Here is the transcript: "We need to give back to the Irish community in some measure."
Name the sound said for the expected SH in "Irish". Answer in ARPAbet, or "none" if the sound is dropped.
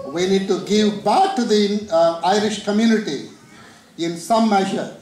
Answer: SH